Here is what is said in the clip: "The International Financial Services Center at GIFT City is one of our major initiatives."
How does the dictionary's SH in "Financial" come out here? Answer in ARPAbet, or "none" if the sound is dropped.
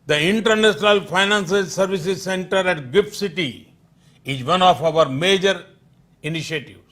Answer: S